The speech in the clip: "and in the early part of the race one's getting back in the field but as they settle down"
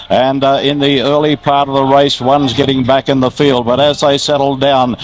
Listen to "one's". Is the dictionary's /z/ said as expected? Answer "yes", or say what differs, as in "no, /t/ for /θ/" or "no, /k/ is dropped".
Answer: yes